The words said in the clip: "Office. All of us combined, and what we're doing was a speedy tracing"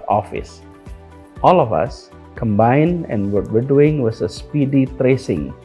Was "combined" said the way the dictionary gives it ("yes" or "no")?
yes